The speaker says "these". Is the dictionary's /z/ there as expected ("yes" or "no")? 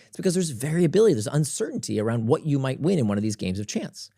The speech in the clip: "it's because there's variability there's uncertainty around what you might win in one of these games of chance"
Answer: yes